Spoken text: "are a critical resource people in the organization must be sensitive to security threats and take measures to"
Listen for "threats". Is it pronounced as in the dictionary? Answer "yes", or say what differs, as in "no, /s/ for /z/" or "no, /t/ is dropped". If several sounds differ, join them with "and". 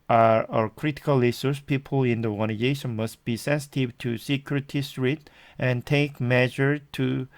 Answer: no, /s/ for /θ/